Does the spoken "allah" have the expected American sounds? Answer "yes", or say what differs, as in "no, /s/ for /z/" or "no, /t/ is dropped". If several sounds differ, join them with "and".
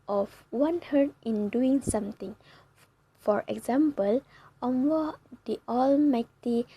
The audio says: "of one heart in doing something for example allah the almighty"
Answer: no, /w/ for /l/